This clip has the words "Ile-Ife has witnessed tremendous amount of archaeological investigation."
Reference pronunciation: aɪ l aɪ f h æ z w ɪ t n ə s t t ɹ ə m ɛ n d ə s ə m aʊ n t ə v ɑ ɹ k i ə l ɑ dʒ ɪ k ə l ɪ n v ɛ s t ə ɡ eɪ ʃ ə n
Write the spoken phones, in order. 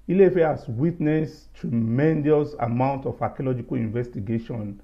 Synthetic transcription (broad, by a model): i l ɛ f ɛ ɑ s w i t n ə s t t ɹ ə m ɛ n d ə s ə m aʊ n t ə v ɑ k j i l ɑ dʒ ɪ k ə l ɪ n v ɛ s t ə ɡ eɪ ʃ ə n